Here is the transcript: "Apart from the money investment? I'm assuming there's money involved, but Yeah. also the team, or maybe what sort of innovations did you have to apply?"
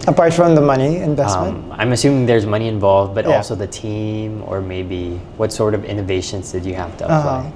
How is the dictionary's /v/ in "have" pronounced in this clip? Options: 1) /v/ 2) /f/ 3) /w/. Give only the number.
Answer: 2